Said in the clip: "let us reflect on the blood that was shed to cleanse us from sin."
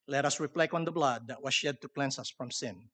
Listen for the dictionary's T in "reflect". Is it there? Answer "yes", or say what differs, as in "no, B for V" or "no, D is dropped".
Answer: no, T is dropped